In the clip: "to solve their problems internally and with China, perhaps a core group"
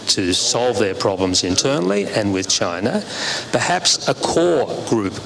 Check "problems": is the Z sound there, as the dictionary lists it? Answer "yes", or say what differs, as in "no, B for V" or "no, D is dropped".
yes